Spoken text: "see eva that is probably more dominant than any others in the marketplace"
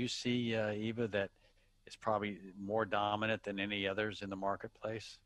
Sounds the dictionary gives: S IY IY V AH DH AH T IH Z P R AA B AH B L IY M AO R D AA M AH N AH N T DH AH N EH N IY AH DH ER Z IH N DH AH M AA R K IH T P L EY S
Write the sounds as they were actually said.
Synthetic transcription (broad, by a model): S IY IY V AH DH AH T IH S P R AA B AH B L IY M AO R D AA M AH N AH N DH AH N EH N IY AH DH ER Z IH N DH AH M AA R K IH T P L EY S